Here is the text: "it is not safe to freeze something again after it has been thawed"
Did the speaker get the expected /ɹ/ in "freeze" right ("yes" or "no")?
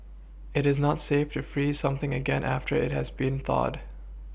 yes